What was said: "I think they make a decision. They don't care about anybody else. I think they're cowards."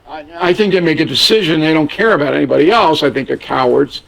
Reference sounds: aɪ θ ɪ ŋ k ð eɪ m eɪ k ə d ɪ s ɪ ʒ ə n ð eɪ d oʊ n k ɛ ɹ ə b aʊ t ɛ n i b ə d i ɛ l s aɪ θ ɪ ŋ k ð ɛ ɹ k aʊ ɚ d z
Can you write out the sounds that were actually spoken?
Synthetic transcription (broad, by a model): aɪ θ ɪ ŋ k ð eɪ m eɪ k ə d ɪ s ɪ ʒ ə n ð eɪ d oʊ n k ɛ ɹ ə b aʊ t ɛ n i b ə d i ɛ l s aɪ θ ɪ ŋ k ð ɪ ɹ k aʊ ɚ d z